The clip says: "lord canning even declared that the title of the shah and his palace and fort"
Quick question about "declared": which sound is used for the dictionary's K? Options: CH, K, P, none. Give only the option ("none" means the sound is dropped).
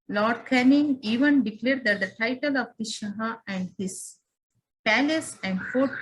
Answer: K